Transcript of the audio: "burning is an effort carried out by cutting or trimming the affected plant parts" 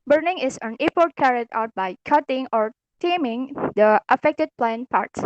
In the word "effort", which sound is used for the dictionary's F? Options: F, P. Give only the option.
P